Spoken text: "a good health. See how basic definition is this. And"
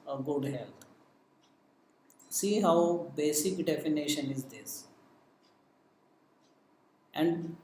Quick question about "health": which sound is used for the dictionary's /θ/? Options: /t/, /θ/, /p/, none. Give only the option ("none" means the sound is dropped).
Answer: /t/